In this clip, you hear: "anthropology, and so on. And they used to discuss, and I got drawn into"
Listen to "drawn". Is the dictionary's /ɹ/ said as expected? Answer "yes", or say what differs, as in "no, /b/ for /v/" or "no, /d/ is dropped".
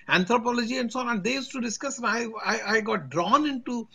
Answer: yes